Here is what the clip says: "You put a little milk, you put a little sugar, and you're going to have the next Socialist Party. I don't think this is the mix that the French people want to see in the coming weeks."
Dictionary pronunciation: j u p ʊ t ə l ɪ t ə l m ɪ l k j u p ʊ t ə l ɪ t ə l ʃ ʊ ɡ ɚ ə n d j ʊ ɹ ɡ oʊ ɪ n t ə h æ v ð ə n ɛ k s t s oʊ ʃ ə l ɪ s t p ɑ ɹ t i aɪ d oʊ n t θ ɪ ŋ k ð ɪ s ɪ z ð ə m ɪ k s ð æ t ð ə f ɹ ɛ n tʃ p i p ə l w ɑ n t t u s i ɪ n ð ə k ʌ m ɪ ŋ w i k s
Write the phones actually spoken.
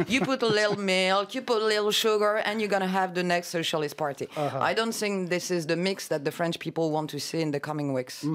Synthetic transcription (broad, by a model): j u p ʊ t ə l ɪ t l m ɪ l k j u p ʊ t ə l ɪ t l ʃ ʊ ɡ ɚ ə n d j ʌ ɹ ɡ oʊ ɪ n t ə h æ v ð ə n ɛ k s t s oʊ ʃ ə l ɪ s t p ɑ ɹ t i aɪ d oʊ n t θ ɪ ŋ k ð ɪ s ɪ z ð ə m ɪ k s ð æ t ð ə f ɹ ɛ n tʃ p i p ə l w ɑ n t t u s i ɪ n ð ə k ʌ m ɪ ŋ w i k s